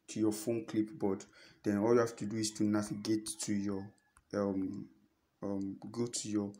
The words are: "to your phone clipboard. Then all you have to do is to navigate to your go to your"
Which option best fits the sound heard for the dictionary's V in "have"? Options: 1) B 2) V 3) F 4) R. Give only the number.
3